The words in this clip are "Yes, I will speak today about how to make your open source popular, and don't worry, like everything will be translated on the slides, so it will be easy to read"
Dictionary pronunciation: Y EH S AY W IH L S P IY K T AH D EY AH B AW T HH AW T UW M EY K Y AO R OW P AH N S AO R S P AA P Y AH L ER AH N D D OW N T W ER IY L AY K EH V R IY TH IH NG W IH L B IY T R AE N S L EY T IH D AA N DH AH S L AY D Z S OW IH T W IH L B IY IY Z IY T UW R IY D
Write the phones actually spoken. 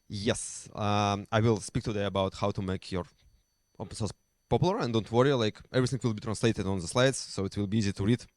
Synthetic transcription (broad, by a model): Y EH S AY W IH L S P IY K T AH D EY AH B AW T HH AW T UW M EY K Y AO R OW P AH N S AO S P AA P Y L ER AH N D D OW N T W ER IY L AY K EH V R IY TH IH NG W IH L B IY T R AE N S L EY T IH D AA N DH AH S L AY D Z S OW IH T W IH L B IY IY Z IY T UW R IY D